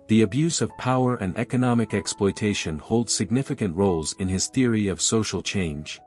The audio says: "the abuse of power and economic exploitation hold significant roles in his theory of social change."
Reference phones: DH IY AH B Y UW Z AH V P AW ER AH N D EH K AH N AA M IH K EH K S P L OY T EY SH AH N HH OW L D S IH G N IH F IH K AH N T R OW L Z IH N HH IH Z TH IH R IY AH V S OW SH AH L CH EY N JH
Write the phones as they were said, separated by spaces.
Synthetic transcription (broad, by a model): DH IY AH B Y UW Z AH V P AW ER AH N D EH K AH N AA M IH K EH K S P L OY T EY SH AH N HH OW L D S IH G N IH F IH K AH N T R OW L Z IH N IH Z TH IH R IY AH V S OW SH L CH EY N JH